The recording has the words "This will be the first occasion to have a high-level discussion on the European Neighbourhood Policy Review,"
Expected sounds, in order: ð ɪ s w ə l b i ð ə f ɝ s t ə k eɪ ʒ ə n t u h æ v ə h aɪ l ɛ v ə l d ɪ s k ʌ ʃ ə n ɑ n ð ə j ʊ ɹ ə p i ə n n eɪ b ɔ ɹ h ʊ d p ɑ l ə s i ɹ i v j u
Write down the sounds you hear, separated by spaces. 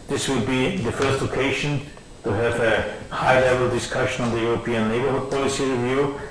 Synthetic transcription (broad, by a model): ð ɪ s w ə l b i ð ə f ɝ s t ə k eɪ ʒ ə n t u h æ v ə h aɪ l ɛ v ə l d ɪ s k ʌ ʃ ə n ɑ n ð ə j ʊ ɹ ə p i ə n l eɪ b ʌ ɹ h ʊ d p ɑ l ə s i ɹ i v j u